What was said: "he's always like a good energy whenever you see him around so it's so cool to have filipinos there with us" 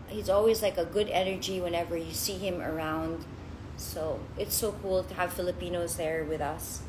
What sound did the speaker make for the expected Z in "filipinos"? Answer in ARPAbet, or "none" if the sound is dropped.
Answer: Z